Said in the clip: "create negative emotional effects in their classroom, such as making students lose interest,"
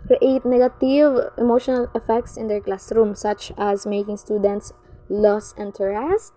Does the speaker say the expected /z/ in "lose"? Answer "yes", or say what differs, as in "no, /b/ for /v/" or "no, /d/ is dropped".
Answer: no, /s/ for /z/